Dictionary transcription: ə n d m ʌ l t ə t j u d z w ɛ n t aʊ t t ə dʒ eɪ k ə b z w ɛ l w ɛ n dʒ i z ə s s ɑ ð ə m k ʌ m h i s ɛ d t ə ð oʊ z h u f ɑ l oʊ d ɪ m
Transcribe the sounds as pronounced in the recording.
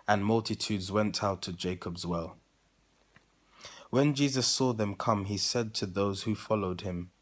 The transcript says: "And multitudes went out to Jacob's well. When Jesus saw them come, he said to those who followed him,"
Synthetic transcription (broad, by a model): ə n m ʌ l t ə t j u d z w ɛ n t aʊ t t ə dʒ eɪ k ə b z w ɛ l w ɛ n dʒ i z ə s s ɑ ð ə m k ʌ m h i s ɛ d t ə ð oʊ z h u f ɑ l oʊ d ɪ m